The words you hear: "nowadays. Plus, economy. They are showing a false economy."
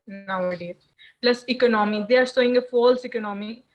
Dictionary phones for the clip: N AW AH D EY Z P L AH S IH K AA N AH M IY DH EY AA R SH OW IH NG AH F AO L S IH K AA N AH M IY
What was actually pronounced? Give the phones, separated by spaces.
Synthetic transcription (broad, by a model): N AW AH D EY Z P L AH S IH K AA N AH M IY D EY AA R S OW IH NG AH F AO L S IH K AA N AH M IY